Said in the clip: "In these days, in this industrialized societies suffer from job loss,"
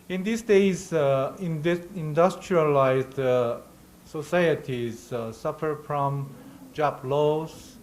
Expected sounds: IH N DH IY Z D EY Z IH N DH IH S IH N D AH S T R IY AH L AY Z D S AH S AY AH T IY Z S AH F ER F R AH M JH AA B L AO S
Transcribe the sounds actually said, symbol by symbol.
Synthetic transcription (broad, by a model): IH N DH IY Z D EY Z IH N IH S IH N D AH S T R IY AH L AY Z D S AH S AY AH T IY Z S AH F ER F R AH M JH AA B L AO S